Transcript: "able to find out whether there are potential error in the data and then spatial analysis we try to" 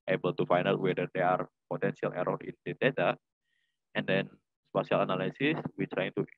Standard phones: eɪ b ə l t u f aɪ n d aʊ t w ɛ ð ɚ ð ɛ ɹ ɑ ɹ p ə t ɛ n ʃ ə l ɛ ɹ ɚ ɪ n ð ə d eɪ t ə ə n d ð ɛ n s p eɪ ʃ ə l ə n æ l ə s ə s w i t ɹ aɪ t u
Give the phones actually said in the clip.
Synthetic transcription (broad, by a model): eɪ b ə l t u f aɪ n aʊ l w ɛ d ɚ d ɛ ɑ ɹ p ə t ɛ n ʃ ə l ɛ ɹ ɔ ɪ n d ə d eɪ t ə ə n d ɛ n s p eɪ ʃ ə l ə n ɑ l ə s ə s w i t ɹ aɪ t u